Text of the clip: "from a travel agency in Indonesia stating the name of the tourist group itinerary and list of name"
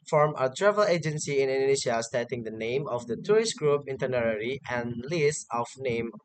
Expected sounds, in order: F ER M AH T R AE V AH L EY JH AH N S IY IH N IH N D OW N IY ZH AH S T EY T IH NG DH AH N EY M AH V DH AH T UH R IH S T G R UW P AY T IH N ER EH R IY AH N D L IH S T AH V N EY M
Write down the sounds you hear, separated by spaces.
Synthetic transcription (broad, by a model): F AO M AH T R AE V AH L EY JH AH N S IY IH N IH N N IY SH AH S T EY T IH NG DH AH N EY M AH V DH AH T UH R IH S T G R UW P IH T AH N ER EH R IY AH N L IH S AH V N EY M